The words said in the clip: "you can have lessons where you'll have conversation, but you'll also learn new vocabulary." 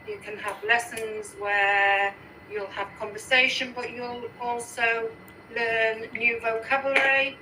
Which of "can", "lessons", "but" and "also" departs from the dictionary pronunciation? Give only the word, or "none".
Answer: none